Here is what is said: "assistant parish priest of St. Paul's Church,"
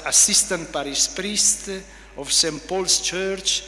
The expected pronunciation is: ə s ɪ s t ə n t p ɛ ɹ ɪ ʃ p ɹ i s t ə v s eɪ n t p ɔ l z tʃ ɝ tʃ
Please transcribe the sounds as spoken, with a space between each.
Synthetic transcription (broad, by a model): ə s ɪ s t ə n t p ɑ ɹ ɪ s p ɹ i s t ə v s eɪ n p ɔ l s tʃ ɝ tʃ